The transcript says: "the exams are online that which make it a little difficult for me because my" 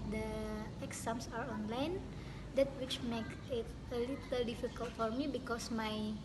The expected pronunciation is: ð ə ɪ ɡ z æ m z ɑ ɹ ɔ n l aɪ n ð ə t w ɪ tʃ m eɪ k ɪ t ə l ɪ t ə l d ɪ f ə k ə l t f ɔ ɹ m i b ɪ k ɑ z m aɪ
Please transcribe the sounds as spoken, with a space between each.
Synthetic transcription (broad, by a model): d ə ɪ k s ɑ m s ɑ ɹ ɔ n l aɪ n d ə t w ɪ tʃ m eɪ k ɪ t ə l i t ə l d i f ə k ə l t f ɔ ɹ m i b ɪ k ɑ s m aɪ